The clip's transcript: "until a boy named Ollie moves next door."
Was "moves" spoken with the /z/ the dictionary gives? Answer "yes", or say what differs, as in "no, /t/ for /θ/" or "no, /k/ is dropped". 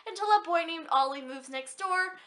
yes